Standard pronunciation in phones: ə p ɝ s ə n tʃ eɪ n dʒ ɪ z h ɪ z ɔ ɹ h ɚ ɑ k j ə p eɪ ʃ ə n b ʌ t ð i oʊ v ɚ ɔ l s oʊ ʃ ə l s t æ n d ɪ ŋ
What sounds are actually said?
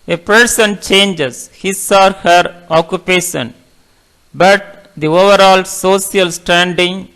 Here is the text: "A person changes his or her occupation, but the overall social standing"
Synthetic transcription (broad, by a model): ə p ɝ s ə n tʃ eɪ n dʒ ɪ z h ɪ s ɔ ɹ h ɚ ɑ k j ə p eɪ ʃ ə n b ʌ t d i oʊ v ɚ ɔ l s oʊ s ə l s t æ n d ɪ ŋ